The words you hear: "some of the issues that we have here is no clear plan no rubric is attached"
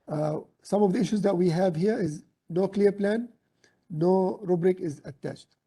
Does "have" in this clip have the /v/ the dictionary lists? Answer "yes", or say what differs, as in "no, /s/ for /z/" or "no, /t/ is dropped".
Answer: yes